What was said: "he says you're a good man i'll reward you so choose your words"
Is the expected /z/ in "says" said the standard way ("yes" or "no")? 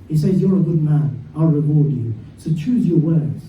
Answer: yes